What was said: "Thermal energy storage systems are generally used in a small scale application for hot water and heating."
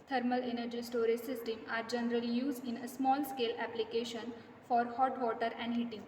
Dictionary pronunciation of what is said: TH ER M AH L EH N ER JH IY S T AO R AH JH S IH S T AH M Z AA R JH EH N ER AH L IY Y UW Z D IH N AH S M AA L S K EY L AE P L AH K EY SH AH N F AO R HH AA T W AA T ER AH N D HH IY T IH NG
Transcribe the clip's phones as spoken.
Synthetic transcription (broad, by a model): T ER M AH L EH N ER JH IY S T AO R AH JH S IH S T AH M AA R JH EH N ER AH L IY Y UW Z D IH N AH S M AA L S K EY L AE P L AH K EY SH AH N F AO R HH AA T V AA T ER AH N D HH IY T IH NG